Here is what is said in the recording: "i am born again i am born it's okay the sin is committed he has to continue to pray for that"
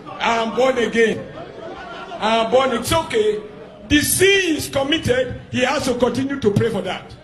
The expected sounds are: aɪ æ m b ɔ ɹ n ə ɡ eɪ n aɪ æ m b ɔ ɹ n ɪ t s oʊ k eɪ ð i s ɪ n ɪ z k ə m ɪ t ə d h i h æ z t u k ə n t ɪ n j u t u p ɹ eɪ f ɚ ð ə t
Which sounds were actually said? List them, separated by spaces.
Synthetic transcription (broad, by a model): aɪ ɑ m b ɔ n ə ɡ eɪ n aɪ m b ɔ n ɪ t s oʊ k eɪ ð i s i ɪ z k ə m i t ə d h i h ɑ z t u k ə n t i n j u t u p ɹ eɪ f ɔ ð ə t